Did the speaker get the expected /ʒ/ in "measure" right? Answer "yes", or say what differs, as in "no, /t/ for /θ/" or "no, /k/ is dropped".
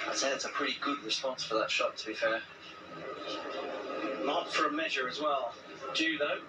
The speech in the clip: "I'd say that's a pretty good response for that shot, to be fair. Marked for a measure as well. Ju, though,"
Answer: yes